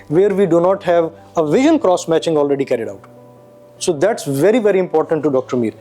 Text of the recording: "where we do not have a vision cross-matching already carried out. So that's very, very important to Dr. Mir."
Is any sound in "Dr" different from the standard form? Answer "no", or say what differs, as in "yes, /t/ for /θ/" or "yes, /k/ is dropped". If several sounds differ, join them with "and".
no